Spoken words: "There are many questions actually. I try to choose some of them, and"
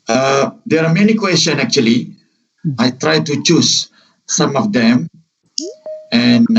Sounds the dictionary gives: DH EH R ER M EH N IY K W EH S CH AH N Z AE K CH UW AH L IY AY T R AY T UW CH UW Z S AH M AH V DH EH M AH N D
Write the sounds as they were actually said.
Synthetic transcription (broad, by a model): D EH R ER M EH N IY K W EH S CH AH N AE K CH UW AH L IY AY T R AY T UW CH UW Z S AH M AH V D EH M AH N